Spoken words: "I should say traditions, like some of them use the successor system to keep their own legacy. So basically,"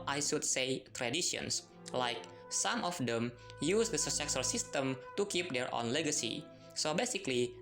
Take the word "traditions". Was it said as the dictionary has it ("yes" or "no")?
no